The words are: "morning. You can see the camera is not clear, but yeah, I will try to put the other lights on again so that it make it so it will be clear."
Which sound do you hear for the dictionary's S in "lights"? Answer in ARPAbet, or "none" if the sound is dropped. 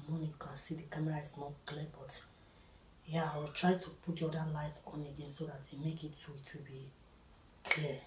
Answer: none